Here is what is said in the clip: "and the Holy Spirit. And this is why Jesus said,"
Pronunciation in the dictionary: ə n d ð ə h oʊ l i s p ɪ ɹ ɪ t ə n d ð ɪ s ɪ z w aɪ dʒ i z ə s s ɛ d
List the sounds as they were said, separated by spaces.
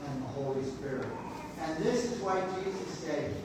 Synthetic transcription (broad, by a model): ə n ð ə h oʊ l i s p ɪ ɹ ɪ t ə n ð ɪ s ɪ z w aɪ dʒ i z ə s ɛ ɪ